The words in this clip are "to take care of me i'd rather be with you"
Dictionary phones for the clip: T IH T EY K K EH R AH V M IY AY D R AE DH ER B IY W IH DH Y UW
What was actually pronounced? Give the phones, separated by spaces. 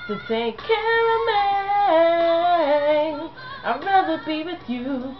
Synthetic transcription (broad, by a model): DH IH S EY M K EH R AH M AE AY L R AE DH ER B IY W IH DH Y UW